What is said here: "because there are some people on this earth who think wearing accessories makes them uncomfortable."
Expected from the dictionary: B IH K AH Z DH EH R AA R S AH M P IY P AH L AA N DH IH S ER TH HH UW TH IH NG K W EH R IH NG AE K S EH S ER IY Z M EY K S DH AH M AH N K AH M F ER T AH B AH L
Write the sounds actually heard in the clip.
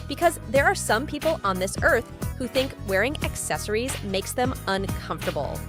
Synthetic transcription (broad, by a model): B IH K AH Z DH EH R AA R S AH M P IY P L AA N DH IH S ER TH HH UW TH IH NG K W EH R IH NG AE K S EH S ER IY Z M EY K S DH AH M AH N K AH M F T AH B L